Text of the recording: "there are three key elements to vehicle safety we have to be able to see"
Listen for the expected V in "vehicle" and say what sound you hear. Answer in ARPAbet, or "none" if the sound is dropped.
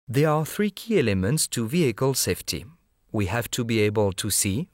V